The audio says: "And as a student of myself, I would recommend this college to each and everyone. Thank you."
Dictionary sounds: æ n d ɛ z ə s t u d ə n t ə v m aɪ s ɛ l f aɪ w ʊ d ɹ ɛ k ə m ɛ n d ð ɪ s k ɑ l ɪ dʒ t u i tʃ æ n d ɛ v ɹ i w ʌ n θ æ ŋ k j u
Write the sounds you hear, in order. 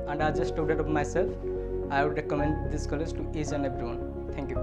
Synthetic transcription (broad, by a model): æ n d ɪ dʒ ə s t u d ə t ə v m aɪ s ɛ l f aɪ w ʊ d ɹ ɛ k ə m ɛ n d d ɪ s k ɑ l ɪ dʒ t u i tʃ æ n d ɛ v ɹ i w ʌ n t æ ŋ k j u